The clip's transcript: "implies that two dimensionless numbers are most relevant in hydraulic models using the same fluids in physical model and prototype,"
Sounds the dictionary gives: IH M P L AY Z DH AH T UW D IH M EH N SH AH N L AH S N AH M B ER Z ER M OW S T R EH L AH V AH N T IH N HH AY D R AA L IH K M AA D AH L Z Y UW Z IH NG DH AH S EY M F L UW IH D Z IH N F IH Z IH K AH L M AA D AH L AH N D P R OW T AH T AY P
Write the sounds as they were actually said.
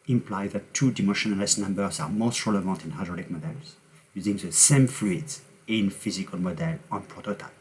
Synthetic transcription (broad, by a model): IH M P L AY DH AH T UW D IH M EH SH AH N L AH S N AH M B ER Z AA M OW S T R EH L AH V AH N T IH N HH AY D R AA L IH K M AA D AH L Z Y UW Z IH NG DH AH S EY M F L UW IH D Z IH N F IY Z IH K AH L M AA D AH L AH N P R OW T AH T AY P